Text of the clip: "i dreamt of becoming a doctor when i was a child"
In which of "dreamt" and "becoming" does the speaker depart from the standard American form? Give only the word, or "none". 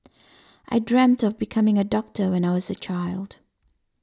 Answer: none